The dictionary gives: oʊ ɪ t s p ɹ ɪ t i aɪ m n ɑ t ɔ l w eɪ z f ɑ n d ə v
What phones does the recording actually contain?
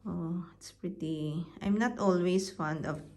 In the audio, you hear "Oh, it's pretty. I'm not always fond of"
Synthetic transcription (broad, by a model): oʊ ɪ t s p ɹ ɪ t i aɪ m n ɑ t ɔ l w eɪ s f ɑ n d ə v